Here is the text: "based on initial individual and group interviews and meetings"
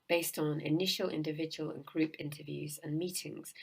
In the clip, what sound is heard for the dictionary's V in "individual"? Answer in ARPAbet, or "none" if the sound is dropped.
V